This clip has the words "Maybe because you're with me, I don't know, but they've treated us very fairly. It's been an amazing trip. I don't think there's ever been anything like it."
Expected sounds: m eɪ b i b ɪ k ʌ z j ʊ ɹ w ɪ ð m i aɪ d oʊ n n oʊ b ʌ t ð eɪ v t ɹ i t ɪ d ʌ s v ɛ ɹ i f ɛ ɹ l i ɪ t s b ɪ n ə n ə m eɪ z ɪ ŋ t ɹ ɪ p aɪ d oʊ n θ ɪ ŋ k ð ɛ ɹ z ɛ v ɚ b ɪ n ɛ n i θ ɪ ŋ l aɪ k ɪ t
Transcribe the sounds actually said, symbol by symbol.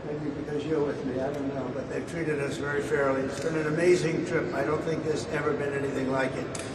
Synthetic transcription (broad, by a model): m eɪ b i b ɪ k ʌ z j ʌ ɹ w ɪ ð m i aɪ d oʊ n n oʊ b ʌ t ð eɪ v t ɹ i t ɪ d ʌ s v ɛ ɹ i f ɛ ɹ l i ɪ t s b ɪ n ə n ə m eɪ z ɪ ŋ t ɹ ɪ p aɪ d oʊ n θ ɪ ŋ k ð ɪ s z ɛ v ɚ b ɪ n ɛ n i θ ɪ ŋ l aɪ k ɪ t